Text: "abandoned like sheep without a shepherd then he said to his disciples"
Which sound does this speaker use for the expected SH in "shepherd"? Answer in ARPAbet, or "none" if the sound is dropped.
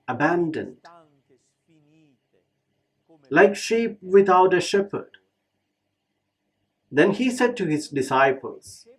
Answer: SH